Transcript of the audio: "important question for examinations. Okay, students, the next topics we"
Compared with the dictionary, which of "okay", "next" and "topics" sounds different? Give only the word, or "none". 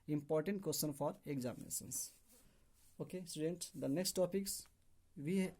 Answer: none